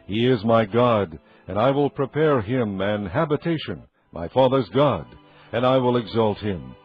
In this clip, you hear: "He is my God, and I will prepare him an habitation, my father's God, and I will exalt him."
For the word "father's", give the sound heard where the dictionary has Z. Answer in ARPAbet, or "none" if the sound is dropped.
Z